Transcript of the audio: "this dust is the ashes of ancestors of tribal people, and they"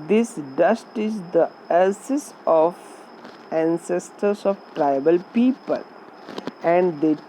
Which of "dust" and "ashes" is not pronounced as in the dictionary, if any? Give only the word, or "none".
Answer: ashes